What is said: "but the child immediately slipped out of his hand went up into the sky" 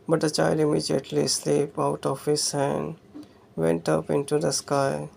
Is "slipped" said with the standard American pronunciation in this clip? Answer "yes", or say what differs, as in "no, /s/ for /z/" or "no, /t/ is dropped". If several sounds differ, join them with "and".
no, /t/ is dropped